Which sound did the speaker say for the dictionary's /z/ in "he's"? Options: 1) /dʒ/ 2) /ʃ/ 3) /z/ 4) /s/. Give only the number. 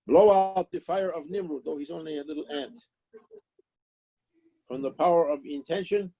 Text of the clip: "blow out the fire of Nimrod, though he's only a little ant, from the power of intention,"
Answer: 3